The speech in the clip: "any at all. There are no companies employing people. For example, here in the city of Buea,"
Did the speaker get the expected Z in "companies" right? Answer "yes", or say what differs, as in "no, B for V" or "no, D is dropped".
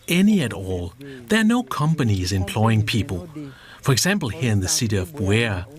yes